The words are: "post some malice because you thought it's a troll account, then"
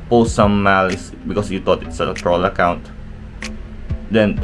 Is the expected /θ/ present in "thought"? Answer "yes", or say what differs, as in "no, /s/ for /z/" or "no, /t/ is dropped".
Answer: no, /t/ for /θ/